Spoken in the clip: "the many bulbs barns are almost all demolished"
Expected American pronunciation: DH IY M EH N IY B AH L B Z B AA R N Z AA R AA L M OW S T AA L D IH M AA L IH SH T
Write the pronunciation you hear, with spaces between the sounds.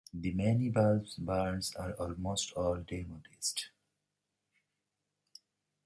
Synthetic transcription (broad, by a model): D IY M EH N IY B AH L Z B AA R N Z AA R AA L M OW S T AA L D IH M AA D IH S T